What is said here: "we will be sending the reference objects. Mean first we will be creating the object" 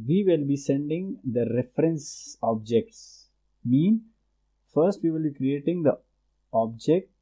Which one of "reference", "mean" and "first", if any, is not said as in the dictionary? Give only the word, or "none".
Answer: none